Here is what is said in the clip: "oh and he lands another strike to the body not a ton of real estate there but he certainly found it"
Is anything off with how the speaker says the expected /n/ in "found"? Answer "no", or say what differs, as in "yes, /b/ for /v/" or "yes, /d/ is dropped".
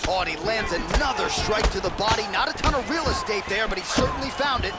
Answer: no